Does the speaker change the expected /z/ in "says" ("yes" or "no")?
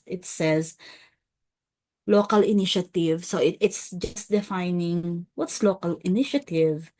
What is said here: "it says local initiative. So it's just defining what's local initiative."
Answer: no